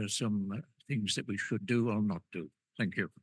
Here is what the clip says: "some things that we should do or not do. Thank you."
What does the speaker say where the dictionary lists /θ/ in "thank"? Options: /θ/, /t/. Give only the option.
/θ/